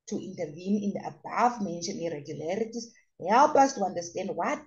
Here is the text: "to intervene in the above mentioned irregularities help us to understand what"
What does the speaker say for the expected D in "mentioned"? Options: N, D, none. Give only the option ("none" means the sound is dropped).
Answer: none